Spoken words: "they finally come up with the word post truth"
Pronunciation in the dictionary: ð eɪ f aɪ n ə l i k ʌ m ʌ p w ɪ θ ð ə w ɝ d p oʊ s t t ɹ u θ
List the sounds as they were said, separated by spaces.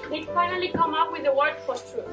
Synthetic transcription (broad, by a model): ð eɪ f aɪ n ə l i k ʌ m ʌ p w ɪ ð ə w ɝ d f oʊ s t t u